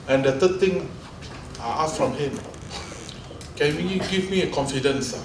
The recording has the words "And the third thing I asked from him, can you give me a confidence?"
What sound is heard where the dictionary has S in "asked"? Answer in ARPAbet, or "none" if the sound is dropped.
none